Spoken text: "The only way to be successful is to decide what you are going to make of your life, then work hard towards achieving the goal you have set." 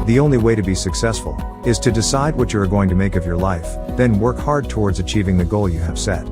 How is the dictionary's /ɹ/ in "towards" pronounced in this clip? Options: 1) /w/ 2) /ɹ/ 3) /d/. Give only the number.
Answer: 2